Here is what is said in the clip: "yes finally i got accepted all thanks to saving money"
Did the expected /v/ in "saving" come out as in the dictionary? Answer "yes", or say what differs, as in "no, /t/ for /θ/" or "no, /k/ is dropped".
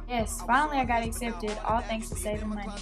no, /v/ is dropped